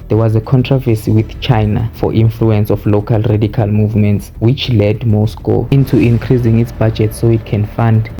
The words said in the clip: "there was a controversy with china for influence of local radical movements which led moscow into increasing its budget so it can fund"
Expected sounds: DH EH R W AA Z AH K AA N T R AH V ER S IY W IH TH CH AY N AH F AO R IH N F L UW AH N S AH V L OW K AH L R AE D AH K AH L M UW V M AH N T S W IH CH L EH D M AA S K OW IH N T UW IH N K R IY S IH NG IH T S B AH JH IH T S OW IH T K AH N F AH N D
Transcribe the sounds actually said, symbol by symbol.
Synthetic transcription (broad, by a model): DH EH W AA Z AH K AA N T R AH V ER S IY W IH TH CH AY N AH F AO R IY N F L UW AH N S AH F L OW K AH L R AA D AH K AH L M UW V M AH N T S W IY CH L EH D M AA S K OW IH N T UW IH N K R IY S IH NG IH T S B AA JH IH T S OW IH T K AH N F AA N D